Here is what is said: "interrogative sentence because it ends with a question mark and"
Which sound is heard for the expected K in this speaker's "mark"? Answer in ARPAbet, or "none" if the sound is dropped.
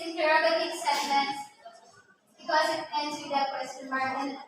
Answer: none